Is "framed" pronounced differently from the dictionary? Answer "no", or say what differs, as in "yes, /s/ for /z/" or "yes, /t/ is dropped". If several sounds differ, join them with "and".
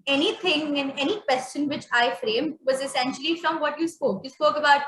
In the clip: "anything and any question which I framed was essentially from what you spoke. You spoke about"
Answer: no